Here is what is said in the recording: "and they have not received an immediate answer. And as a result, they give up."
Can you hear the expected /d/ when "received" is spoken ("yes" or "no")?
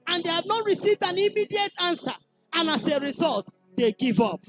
yes